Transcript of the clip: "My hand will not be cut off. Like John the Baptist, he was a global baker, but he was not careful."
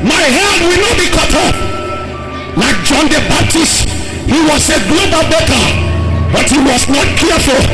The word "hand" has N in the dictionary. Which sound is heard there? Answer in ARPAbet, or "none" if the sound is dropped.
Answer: none